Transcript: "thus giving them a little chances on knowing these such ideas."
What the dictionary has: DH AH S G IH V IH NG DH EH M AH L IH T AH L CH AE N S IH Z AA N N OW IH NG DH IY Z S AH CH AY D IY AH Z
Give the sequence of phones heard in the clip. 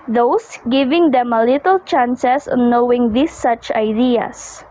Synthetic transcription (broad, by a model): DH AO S G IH V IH NG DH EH M AH L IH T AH L CH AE N S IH S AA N N OW IH NG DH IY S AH CH AY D IY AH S